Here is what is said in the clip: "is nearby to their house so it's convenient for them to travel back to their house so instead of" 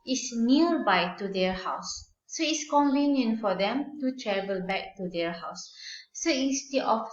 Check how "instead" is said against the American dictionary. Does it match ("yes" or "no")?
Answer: no